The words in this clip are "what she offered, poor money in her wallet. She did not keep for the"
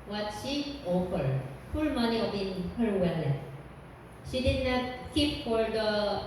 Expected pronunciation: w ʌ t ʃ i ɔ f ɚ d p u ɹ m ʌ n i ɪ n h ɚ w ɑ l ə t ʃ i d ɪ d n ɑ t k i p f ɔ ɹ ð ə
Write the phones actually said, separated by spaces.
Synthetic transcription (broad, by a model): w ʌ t ʃ i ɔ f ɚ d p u l m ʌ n i ɪ n h ɚ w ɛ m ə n ʃ i d ɪ d n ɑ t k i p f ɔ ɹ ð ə